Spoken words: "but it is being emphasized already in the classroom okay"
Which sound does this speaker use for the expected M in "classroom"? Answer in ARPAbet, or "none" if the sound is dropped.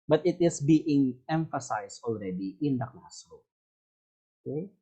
none